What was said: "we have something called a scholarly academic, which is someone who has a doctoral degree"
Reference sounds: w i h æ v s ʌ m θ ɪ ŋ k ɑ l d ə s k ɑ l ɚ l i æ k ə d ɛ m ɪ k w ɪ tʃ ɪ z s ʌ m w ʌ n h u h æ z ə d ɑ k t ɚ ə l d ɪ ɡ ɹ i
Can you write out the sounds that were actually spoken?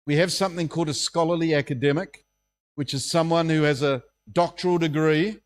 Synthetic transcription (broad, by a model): w i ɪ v s ʌ m θ ɪ ŋ k ɑ l d ə s k ɑ l ɚ l i æ k ə d ɛ m ɪ k w ɪ tʃ ɪ z s ʌ m w ʌ n h u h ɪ z ə d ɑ k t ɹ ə l d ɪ ɡ ɹ i